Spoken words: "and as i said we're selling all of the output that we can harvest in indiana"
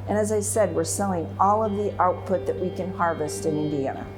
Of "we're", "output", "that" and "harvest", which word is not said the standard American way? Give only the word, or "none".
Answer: none